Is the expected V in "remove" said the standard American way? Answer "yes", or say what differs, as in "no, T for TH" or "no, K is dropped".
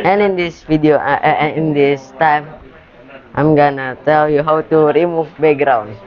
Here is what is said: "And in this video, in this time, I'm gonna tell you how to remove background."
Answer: no, F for V